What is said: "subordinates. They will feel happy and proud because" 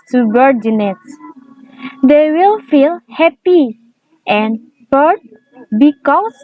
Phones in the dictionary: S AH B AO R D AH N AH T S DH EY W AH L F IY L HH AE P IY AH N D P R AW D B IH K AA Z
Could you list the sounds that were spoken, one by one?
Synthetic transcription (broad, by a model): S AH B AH R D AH N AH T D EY W AH L F IY L HH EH P IY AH N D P AW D B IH K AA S